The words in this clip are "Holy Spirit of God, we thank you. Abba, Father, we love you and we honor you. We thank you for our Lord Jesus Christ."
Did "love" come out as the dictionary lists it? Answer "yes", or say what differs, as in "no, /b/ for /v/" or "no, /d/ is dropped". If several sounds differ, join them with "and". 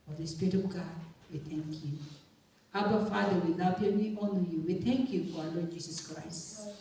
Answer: no, /n/ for /l/